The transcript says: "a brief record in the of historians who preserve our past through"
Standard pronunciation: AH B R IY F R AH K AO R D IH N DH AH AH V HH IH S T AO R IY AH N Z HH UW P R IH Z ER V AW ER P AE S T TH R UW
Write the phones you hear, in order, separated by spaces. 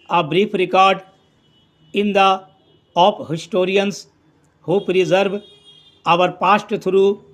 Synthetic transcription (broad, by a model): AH B R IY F R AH K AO R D IH N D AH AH P HH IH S T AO R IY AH N S HH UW P R IH Z ER V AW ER P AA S T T R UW